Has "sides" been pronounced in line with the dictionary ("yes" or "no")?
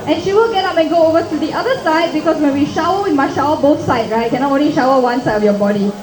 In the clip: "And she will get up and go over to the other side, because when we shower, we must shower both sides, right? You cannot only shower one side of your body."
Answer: no